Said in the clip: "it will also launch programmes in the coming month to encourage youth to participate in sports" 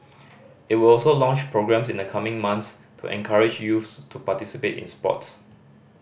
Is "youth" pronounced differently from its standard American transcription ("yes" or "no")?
yes